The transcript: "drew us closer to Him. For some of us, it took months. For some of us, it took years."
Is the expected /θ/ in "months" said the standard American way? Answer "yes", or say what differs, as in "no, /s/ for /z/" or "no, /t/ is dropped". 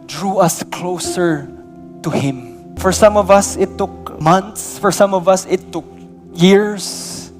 no, /t/ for /θ/